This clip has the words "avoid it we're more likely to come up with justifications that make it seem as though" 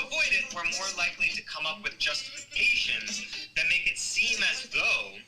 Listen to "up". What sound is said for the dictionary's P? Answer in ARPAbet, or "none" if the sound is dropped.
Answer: P